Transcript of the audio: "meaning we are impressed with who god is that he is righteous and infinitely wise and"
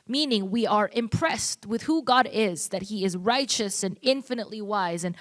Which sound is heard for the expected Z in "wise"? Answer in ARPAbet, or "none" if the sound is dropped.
Z